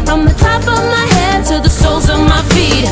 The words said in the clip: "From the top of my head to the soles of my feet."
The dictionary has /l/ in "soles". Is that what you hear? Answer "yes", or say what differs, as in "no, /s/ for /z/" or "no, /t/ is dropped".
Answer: yes